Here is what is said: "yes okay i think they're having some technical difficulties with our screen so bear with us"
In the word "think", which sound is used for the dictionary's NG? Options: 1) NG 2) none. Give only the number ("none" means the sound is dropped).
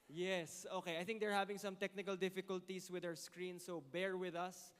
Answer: 1